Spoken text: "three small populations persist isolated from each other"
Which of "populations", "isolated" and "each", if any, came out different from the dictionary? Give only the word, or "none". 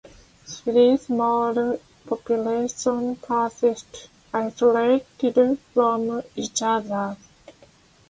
populations